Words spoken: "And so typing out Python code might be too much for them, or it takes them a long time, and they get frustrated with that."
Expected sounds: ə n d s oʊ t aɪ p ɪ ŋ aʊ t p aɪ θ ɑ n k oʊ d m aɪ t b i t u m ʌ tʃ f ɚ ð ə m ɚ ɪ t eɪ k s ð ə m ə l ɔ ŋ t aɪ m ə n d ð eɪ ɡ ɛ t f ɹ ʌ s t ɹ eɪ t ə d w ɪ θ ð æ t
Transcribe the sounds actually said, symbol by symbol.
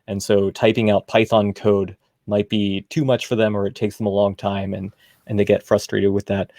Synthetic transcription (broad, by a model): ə n s oʊ t aɪ p ɪ ŋ aʊ t p aɪ θ ɑ n k oʊ d m aɪ t b i t u m ʌ tʃ f ɚ ð ə m ɚ ɪ t eɪ k s ð ə m ə l ɔ ŋ t aɪ m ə n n ð eɪ ɡ ɛ t f ɹ ʌ s t ɹ eɪ t ə d w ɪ ð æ t